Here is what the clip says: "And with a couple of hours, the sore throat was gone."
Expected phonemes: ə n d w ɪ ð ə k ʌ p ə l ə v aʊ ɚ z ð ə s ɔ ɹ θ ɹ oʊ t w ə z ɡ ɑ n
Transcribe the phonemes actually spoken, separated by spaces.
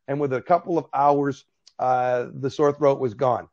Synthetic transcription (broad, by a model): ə n w ɪ ð ə k ʌ p l ə v aʊ ɚ z ð ə s ɔ ɹ θ ɹ oʊ t w ə z ɡ ɑ n